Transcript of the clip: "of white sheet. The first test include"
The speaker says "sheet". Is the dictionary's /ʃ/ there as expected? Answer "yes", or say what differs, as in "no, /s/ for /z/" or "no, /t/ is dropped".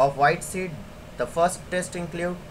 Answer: no, /s/ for /ʃ/